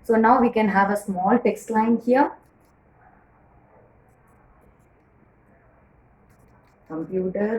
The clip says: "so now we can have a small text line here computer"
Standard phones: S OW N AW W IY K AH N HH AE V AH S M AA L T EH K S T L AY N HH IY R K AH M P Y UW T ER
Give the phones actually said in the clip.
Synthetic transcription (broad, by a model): S OW N AW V IY K AH N HH AE V AH S M AA L T EH K S T L AY N HH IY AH K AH M P Y UW T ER